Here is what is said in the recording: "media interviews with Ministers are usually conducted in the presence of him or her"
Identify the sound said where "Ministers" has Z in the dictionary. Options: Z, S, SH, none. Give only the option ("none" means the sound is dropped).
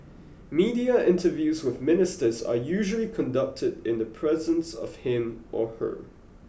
Z